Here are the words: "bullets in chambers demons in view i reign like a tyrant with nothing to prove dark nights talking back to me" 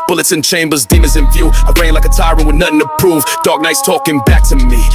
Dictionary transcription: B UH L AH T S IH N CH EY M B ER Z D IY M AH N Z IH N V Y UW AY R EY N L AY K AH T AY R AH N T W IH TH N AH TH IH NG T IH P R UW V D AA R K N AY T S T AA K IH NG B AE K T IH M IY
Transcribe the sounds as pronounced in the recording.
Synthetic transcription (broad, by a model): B UH L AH T S IH N CH EY M B ER Z D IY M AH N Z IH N F Y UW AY R EY N L AY K AH T AY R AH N W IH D N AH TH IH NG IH P R UW V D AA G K N AY T S T AA K IH NG B AE K T IH M IY